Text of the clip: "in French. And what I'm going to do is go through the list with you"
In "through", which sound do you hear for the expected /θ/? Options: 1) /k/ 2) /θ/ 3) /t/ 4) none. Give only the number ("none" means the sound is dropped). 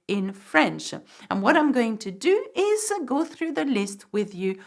2